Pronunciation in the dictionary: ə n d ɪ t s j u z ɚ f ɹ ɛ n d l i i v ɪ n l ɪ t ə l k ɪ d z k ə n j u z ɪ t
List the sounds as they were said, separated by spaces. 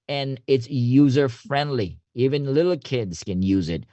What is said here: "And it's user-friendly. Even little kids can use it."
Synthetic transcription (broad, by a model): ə n ɪ t s j u z ɚ f ɹ ɛ n d l i i v ɪ n l ɪ t l k ɪ d z k ə n j u z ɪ t